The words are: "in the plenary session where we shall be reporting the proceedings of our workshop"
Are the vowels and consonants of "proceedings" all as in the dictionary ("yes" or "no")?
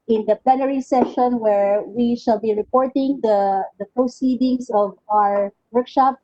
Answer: no